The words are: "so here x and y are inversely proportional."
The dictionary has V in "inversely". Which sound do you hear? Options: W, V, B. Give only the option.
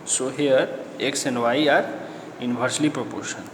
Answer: B